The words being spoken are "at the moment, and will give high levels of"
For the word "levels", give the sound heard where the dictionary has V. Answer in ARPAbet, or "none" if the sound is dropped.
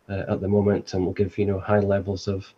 V